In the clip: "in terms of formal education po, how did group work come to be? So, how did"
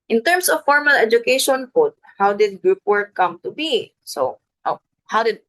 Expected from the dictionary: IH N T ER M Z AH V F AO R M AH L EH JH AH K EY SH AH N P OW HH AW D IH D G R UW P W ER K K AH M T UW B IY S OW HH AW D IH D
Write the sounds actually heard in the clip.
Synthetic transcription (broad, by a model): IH N T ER M S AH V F AO R M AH L EH JH AH K EY SH AH N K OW HH AW D IH D G R UW P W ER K K AH M T UW B IY S OW HH AW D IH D